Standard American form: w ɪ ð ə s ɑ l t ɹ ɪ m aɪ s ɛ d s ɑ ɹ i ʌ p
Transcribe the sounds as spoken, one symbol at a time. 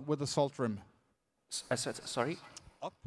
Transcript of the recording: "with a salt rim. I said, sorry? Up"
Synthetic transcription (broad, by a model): w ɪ ð ə s ɑ l t ɹ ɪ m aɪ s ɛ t s ɑ ɹ i